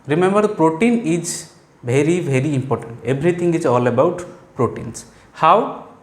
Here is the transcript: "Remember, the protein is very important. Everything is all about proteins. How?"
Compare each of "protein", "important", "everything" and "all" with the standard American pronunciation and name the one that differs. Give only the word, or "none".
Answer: everything